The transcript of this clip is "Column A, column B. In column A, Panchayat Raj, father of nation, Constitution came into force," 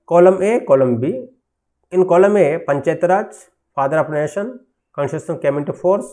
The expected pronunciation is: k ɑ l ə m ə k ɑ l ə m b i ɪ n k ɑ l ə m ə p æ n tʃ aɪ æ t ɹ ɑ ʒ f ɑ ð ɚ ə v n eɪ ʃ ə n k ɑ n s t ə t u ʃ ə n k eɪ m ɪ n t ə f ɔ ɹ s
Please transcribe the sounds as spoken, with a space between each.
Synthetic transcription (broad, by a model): k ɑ l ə m ə k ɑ l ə m b i ɪ n k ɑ l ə m ə p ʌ n tʃ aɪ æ t ɹ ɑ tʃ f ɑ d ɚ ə p n eɪ ʃ ə n k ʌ n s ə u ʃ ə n k eɪ m ɪ n t ə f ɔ ɹ s